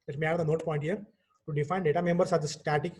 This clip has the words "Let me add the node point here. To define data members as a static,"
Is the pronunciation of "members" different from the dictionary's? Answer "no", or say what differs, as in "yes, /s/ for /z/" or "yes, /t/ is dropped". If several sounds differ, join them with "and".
yes, /s/ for /z/